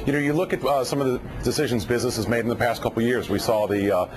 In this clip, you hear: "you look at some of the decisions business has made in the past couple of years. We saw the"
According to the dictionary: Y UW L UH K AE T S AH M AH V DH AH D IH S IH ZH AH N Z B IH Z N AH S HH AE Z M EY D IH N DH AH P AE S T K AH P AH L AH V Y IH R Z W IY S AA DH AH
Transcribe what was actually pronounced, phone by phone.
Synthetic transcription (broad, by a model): Y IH L UH K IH T S AH M AH V DH AH D IH S IH ZH AH N Z B IH Z N AH S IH Z M EY D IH N DH AH P AE S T K AH P L Y IH R Z W IY S AA DH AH